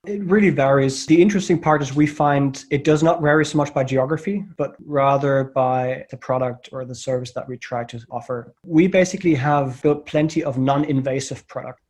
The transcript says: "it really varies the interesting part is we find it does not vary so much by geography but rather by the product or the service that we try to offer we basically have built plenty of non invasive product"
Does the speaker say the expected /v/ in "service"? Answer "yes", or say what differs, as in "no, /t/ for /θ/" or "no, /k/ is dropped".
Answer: yes